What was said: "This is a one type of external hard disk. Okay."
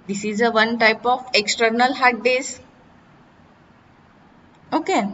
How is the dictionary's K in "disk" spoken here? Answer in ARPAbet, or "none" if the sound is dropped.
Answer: none